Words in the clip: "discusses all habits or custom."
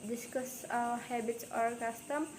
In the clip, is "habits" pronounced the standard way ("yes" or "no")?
no